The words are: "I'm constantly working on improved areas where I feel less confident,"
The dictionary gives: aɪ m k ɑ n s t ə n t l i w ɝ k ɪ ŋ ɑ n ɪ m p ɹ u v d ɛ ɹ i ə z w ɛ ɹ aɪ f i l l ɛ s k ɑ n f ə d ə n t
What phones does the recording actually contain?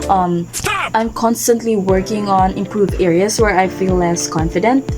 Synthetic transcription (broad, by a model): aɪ m k ɑ n s t ə n t l i w ɝ k ɪ ŋ ɑ n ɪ m p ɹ u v ɛ ɹ i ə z w ɛ ɹ aɪ f i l l ɛ s k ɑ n f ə d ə n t